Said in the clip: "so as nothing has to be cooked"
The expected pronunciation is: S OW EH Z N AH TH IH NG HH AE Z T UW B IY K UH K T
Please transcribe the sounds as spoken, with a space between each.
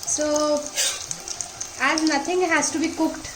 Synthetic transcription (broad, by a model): S OW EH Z N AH T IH NG HH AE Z T UW B IY K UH K T